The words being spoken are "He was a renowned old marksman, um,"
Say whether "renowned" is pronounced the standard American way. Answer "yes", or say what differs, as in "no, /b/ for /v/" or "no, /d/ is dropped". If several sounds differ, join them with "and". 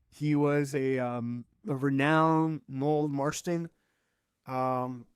no, /d/ is dropped